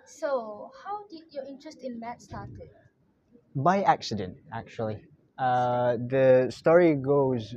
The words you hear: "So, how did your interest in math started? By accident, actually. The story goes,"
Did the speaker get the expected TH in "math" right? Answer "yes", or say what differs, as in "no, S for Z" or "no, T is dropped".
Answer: no, T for TH